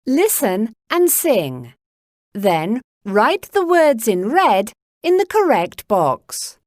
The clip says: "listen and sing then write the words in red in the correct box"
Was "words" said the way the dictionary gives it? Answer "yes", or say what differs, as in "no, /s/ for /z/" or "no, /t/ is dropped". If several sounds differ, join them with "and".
yes